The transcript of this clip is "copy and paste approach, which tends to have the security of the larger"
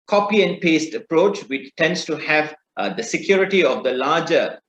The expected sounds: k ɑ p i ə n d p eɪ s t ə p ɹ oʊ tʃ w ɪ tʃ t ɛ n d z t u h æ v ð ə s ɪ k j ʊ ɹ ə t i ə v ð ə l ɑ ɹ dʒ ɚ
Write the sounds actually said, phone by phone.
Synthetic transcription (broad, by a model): k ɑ p i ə n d p eɪ s t ə p ɹ oʊ tʃ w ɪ tʃ t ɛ n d s t u h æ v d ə s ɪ k j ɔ ɹ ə t i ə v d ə l ɑ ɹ dʒ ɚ